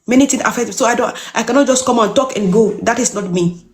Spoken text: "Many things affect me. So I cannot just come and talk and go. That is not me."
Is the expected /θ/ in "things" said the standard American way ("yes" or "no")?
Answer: no